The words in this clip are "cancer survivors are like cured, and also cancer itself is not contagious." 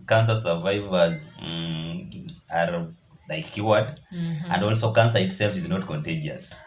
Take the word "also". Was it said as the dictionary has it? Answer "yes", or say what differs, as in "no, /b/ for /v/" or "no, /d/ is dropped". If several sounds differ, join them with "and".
yes